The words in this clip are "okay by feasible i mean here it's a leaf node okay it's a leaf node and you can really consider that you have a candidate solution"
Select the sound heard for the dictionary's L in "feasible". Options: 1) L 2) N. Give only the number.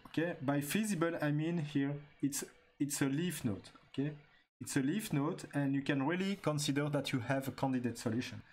1